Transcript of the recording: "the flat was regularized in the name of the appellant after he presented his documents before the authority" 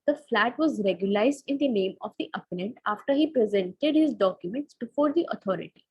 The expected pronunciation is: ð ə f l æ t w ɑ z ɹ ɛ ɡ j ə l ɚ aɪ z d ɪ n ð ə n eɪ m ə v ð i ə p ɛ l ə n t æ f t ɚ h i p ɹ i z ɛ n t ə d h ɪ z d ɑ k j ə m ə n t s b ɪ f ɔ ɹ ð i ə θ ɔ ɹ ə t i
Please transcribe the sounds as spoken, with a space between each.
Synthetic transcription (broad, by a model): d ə f l æ t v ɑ z ɹ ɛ ɡ j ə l aɪ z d ɪ n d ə n eɪ m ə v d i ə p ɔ n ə n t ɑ f t ɚ h i p ɹ i z ɛ n t ə d h ɪ z d ɑ k j ə m ə n t s b ɪ f ɔ ɹ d i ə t ɔ ɹ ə t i